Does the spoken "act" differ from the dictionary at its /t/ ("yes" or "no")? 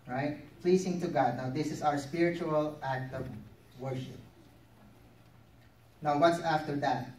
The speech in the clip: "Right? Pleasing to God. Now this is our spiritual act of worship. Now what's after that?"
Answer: no